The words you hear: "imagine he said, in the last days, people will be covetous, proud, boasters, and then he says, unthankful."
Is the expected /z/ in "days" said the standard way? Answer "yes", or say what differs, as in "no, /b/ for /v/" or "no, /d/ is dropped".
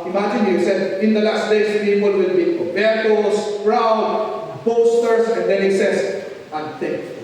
no, /s/ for /z/